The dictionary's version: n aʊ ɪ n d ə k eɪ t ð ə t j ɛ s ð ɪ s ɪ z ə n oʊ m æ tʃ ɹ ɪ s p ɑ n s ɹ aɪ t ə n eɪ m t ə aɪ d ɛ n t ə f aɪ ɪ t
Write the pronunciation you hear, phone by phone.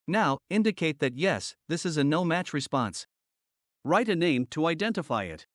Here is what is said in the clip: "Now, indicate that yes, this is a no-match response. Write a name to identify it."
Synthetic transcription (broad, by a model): n aʊ ɪ n d ə k eɪ t ð ə t j ɛ s ð ɪ s ɪ z ə n oʊ m æ tʃ ɹ ɪ s p ɑ n s ɹ aɪ t ə n eɪ m t ə aɪ d ɛ n t ə f aɪ ɪ t